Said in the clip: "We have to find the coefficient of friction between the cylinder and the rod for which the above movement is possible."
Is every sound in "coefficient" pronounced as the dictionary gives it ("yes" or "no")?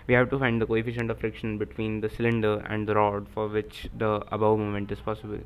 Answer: yes